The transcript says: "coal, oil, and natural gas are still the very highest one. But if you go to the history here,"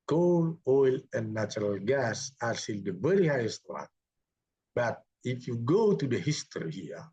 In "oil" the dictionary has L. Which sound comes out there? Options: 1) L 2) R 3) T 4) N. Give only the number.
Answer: 1